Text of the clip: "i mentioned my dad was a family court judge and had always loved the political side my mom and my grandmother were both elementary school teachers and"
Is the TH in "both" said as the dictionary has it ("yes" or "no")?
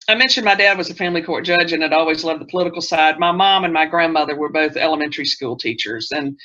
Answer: yes